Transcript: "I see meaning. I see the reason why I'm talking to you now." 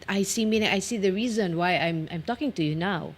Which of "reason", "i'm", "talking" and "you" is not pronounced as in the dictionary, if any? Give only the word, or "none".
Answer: none